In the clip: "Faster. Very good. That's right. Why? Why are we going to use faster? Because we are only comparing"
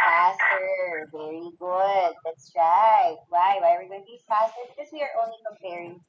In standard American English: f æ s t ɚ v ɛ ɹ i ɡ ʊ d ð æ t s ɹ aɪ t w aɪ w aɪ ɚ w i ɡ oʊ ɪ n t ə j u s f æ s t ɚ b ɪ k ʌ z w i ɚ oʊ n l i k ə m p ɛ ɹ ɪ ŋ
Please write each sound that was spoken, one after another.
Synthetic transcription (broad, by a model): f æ s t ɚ v ɛ ɹ i ɡ ʊ d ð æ t s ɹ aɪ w aɪ w aɪ ɚ w i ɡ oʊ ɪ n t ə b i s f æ s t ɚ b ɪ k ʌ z w i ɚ oʊ n l i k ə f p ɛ ɹ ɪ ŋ